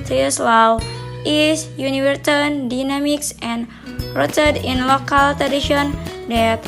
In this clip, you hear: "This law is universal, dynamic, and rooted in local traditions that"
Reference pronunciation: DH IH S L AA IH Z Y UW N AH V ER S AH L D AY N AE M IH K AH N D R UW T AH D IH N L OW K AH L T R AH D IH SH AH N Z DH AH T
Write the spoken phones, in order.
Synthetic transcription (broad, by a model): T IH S L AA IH S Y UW N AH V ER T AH N D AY N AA M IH K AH N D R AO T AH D IH N L OW K AH L T R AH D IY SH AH N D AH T